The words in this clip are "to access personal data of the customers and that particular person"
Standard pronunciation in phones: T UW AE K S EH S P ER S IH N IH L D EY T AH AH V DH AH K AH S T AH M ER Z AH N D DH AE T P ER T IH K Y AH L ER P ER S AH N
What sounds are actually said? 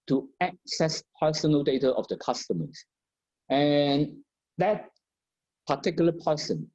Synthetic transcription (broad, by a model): T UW AE K S EH S P ER S IH N IH L D EY T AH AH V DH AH K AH S T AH M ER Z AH N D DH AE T P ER T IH K Y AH L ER P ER S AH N